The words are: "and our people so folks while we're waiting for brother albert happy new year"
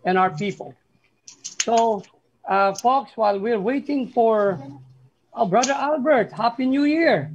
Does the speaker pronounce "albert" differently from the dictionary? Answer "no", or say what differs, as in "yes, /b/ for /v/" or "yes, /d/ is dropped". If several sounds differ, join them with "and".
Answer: no